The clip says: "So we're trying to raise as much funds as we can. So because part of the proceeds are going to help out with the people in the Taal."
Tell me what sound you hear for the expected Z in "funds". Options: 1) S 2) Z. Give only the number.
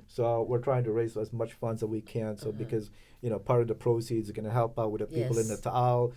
2